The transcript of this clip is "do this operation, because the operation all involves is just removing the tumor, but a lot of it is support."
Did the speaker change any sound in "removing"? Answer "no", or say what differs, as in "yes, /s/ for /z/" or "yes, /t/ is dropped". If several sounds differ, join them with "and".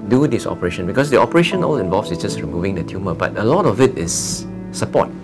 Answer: no